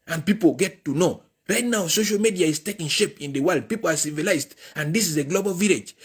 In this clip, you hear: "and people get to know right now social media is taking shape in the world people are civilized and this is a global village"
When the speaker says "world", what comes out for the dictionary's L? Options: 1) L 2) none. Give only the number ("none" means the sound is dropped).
1